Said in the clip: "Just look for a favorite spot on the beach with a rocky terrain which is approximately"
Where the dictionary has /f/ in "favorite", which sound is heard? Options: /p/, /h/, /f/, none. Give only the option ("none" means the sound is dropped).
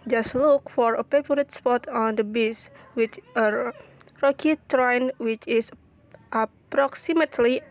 /p/